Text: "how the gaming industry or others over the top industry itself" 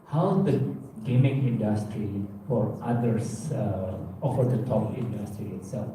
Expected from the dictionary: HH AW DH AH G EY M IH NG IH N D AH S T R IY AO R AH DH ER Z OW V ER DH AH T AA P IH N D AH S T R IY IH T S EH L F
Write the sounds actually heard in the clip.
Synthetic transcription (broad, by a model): HH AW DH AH G EY M IH NG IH N D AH S T R IY AO R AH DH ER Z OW F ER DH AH T AA P IH N D AH S T R IY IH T S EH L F